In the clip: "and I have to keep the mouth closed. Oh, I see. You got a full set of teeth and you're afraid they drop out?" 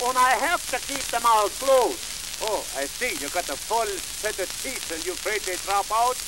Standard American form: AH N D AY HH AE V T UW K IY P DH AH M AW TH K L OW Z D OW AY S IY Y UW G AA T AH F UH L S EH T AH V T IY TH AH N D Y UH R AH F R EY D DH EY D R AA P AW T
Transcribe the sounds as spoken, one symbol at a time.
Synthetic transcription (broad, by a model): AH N AY HH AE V T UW K IY P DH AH M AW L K L OW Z OW AY S IY Y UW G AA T AH F UH L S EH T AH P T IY S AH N Y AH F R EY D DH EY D R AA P AW T